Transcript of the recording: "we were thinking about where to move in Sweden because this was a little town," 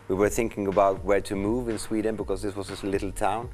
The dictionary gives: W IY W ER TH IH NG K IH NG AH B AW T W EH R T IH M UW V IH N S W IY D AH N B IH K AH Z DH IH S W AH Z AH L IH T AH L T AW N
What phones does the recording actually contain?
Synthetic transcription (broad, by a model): W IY W ER TH IH NG K IH NG AH B AW T W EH R T IH M UW V IH N S W IY D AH N B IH K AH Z DH IH S W AH Z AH L IH T L T AW N